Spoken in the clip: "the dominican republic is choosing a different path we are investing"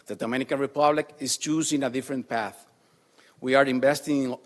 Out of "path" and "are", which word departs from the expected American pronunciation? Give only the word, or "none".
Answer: none